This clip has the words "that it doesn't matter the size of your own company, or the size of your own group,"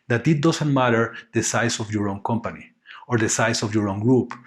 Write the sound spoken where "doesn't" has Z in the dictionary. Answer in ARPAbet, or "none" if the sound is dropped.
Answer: S